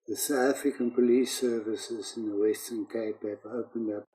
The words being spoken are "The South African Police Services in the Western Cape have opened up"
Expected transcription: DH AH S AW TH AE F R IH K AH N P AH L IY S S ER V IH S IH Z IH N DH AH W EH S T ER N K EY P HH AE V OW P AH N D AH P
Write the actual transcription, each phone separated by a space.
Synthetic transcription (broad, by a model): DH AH S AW T AE F R IH K AH N P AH L IY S S ER V IH S IH Z IH N DH AH W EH S T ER N K EY P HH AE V OW P AH N D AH P